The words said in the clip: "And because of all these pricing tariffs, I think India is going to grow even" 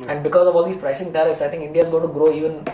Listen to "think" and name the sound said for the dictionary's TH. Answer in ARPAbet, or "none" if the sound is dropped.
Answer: T